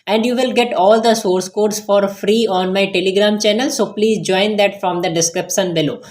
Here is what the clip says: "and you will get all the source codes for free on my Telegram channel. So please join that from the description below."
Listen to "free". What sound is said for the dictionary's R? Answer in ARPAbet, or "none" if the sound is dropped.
R